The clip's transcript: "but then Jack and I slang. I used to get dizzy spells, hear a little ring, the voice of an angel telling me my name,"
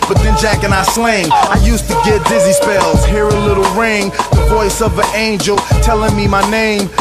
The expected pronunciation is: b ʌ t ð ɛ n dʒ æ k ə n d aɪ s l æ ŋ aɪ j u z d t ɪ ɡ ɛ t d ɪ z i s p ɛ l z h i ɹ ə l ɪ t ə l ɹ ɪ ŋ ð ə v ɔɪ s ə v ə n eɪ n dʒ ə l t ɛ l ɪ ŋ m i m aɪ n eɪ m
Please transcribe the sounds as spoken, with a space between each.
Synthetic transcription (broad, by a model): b ʌ t ð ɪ n dʒ æ k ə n aɪ s l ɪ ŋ aɪ j u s t ɪ ɡ ɛ t d ɪ z i s p ɛ l z h i ɹ ə l ɪ t l ɹ ɪ ŋ ð ə v ɔɪ s ə v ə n eɪ n dʒ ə l t ɛ l ɪ ŋ m i m aɪ n eɪ m